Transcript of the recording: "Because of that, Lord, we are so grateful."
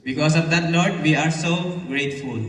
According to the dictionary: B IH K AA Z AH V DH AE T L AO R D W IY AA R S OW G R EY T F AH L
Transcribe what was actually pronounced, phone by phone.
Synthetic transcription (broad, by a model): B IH K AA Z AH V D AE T N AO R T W IY AA R S OW G R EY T F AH L